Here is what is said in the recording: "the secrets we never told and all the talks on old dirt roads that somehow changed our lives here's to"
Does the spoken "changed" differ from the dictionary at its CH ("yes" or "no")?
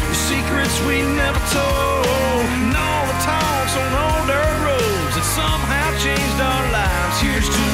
no